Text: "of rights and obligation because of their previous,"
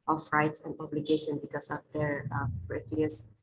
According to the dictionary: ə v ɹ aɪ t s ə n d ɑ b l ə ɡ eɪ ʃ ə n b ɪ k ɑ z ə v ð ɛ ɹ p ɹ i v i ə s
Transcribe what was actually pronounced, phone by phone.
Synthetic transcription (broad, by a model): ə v ɹ aɪ t s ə n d ɑ b l ə ɡ eɪ ʃ ə n b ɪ k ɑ s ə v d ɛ ɹ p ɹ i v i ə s